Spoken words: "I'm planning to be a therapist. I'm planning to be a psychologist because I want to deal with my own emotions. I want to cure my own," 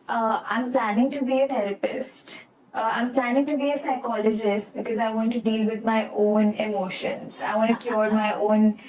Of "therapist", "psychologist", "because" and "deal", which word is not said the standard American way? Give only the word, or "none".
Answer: therapist